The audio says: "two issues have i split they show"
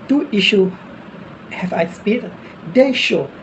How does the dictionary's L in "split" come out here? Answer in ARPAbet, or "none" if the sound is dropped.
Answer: none